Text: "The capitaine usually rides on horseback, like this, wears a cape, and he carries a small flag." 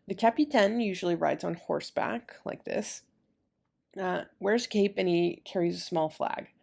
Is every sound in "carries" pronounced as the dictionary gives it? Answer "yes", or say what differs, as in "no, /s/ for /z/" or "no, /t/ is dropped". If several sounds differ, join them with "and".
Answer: yes